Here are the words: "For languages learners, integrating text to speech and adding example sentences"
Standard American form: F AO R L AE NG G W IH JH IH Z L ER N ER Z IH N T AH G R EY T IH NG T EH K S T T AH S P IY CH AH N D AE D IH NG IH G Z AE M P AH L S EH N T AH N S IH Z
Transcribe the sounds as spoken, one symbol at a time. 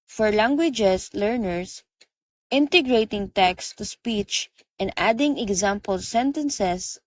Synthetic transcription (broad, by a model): F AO R L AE NG G W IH JH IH S L ER N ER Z IH N T AH G R EY T IH NG T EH K S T T AH S P IY CH AH N D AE D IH NG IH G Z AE M P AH L S EH N T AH N S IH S